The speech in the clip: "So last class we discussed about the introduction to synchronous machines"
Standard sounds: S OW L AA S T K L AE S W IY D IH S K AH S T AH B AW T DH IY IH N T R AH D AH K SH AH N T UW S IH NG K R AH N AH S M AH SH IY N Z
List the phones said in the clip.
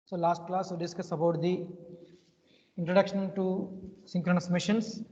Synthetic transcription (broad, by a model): S OW L AA S T K L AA S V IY D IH S K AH S AH B AW T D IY IH N T R AH D AH K SH AH N T UW S IH NG K R AH N AH S M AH SH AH N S